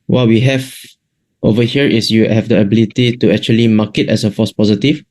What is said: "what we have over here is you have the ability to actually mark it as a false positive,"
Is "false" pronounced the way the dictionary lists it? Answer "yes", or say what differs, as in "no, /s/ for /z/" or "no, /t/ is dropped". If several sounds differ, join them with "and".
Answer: no, /l/ is dropped